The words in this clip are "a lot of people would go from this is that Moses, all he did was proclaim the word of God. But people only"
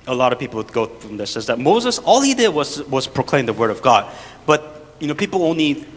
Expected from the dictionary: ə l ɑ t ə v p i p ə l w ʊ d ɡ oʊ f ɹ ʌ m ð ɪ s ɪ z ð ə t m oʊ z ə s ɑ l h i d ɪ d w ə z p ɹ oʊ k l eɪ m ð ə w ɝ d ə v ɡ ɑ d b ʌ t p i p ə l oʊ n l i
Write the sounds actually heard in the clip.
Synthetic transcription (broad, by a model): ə l ɑ t ə v p i p l ɡ oʊ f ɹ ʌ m ð ɪ s ɪ z ð ə t m oʊ z ə s ɑ l h i d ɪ d w ə z p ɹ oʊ k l eɪ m ð ə w ɝ d ə v ɡ ɑ d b ʌ t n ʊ p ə l oʊ n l i